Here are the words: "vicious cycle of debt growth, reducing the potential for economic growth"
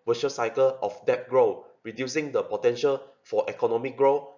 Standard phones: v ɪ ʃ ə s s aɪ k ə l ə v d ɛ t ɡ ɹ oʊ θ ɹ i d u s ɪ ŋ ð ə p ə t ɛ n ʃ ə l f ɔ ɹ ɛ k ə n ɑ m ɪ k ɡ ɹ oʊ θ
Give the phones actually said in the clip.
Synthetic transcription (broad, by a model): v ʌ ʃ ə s s aɪ k ə l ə f d ɛ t ɡ ɹ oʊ ɹ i d u s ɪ ŋ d ə p ə t ɛ n ʃ ə l f ɔ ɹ ɛ k ə n ɑ m ɪ k ɡ ɹ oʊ